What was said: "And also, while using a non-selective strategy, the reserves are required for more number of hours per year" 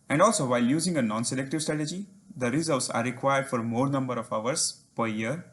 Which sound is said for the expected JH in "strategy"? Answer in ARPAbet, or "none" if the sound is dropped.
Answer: JH